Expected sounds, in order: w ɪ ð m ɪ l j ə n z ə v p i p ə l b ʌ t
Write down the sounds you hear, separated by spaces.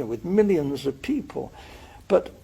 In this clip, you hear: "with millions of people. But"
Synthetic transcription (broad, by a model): w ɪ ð m ɪ l j ə n z ə v p i p ə l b ʌ t